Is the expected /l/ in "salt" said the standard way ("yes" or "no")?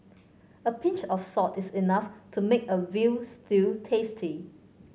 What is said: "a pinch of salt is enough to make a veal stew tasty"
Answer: no